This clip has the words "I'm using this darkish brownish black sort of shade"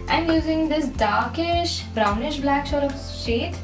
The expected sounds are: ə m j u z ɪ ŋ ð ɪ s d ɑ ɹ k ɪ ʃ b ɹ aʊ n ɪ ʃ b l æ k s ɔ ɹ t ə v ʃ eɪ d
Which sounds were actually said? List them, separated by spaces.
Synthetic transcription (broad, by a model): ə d j u z ɪ ŋ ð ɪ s d ɑ ɹ k ɪ ʃ b ɹ aʊ n ɪ ʃ b l æ k ʃ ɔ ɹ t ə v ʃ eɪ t